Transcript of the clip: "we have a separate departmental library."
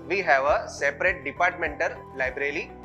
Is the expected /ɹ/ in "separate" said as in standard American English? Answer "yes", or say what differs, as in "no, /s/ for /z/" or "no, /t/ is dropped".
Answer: yes